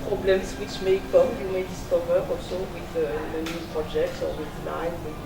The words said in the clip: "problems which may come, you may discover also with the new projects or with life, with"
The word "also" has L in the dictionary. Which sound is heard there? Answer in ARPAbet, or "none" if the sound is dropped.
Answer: none